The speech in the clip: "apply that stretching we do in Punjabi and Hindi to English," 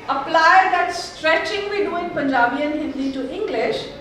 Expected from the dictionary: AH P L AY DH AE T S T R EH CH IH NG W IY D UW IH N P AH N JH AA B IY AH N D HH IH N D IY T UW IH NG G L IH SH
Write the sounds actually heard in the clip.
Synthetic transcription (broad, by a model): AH P L AY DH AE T S T R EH CH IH NG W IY D UW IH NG P AH N JH AA B IY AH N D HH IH L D T UW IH NG G L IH SH